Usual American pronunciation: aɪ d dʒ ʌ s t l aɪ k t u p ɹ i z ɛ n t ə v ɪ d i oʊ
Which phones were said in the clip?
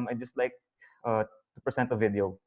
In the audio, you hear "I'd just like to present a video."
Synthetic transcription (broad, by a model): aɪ dʒ ʌ s t l aɪ k t u p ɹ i s ɛ n t ə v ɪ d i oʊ